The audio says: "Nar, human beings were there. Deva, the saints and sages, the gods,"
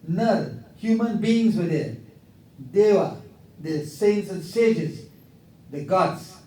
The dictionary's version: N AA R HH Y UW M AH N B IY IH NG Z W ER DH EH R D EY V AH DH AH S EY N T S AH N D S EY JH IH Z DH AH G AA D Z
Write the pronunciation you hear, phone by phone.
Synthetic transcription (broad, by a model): N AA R HH Y UW M AH N B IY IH NG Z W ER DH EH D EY W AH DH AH S EY N T S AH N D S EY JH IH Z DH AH G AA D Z